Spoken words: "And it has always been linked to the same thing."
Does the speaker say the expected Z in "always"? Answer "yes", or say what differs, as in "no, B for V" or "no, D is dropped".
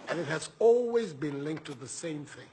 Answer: yes